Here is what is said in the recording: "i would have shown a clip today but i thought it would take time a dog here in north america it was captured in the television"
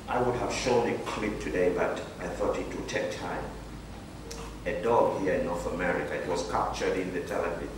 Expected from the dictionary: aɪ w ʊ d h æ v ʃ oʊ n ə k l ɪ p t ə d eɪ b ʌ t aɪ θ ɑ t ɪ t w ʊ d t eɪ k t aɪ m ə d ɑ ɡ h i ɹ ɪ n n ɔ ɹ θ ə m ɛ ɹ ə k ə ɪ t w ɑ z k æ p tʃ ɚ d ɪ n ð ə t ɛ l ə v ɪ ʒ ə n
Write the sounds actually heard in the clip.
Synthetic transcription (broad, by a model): aɪ w ʊ d h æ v ʃ oʊ n ə k l ɪ p t ə d eɪ b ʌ t aɪ θ ɑ t ɪ t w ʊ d t eɪ k t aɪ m ə d ɑ ɡ h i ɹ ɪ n n ɔ ɹ θ ə m ɛ ɹ ə k ə ɪ t w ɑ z k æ p tʃ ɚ d ɪ n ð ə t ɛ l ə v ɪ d